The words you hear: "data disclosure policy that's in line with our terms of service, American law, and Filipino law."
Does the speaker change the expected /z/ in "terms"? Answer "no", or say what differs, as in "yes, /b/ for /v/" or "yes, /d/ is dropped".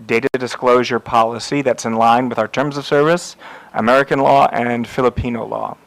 no